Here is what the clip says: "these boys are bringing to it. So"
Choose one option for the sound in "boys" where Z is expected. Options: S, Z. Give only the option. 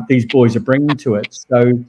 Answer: Z